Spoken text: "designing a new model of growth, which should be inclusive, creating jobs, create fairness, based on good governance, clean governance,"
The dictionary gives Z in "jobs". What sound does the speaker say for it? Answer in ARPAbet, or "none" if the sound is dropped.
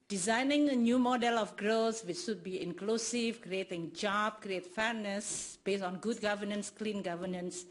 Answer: none